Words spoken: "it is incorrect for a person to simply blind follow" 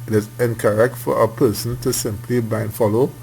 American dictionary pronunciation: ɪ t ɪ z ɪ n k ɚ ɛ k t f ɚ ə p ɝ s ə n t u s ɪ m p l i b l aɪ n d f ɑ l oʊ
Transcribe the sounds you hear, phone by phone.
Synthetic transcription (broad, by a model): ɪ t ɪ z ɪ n k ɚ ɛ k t f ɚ ə p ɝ s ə n t u s ɪ m p l i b aɪ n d f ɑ l oʊ